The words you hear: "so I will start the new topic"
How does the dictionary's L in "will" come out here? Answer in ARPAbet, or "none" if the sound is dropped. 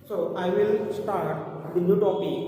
L